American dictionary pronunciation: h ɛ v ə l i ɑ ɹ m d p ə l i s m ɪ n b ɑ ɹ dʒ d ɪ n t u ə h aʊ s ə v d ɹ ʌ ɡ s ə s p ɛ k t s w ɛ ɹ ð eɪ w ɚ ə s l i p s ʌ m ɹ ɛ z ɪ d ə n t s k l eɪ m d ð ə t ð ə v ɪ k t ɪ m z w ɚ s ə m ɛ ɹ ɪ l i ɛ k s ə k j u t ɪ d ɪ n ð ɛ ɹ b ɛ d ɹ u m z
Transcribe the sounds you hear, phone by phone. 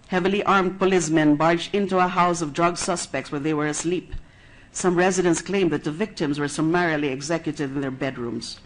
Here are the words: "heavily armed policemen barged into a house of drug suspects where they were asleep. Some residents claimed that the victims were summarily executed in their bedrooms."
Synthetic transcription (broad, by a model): h ɛ v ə l i ɑ ɹ m d p ə l i s m ɪ n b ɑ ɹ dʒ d ɪ n t u ə h aʊ s ə v d ɹ ʌ ɡ s ə s p ɛ k t s w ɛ ɹ ð eɪ w ɚ ə s l i p s ʌ m ɹ ɛ z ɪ d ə n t s k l eɪ m ð ə t ð ə v ɪ k t ɪ m z w ɚ s ə m ɛ ɹ ɪ l i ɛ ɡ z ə k j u t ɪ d ɪ n ð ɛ ɹ b ɛ d ɹ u m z